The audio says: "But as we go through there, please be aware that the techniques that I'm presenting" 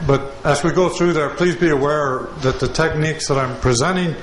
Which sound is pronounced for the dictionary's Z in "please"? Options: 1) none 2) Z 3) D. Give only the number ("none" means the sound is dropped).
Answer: 2